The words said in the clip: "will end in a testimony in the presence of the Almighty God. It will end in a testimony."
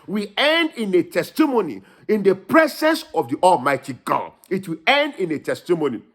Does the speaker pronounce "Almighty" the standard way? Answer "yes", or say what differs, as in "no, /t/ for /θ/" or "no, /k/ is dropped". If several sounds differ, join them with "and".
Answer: yes